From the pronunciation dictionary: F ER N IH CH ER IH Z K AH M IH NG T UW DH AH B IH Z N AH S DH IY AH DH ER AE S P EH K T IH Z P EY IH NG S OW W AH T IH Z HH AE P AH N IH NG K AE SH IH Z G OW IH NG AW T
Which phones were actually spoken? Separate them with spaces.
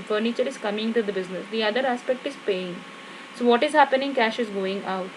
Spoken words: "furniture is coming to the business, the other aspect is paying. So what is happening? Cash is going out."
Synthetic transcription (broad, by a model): F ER N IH CH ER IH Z K AH M IH NG T UW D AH B IH Z N AH S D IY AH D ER AE S P EH K T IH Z P EY IH NG S OW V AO T IH Z HH AE P AH N IH NG K AE SH IH Z G OW IH NG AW T